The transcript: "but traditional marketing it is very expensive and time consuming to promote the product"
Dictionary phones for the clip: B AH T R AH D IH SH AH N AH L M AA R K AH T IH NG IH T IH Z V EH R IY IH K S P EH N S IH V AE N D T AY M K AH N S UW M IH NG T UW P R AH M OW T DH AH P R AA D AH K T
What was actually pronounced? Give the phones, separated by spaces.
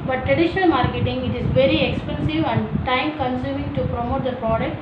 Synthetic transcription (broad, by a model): B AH T R AH D IH SH AH N AH L M AA R K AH T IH NG IH T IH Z V EH R IY IH K S P EH N S IH V AE N D T AY M K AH N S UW M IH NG T UW P R AH M OW T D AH P R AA D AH K T